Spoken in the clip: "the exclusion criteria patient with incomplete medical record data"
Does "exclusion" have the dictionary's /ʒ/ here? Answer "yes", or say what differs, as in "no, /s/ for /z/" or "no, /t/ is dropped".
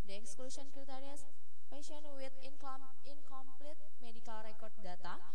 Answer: no, /s/ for /ʒ/